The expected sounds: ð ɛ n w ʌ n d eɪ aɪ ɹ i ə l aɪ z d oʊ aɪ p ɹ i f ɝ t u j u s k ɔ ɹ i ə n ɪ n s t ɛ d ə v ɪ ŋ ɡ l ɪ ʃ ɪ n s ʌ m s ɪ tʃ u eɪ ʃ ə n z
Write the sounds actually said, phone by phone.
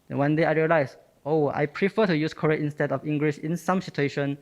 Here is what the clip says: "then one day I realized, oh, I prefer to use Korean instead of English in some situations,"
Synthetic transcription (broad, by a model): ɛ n w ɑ n d eɪ aɪ ɹ i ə l aɪ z oʊ aɪ p ɹ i f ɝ t u j u s k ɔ ɹ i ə ɪ n s t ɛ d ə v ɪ ŋ ɡ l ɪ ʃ ɪ n s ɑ m s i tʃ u eɪ ʃ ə n